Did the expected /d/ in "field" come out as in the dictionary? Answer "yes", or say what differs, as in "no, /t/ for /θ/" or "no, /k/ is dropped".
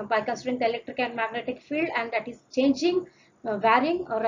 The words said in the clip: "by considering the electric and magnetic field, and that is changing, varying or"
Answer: yes